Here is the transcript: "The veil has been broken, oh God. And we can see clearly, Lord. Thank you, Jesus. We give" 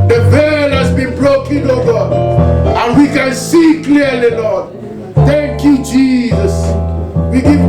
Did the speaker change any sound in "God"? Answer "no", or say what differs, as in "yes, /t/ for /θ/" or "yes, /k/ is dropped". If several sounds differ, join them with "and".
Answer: yes, /d/ is dropped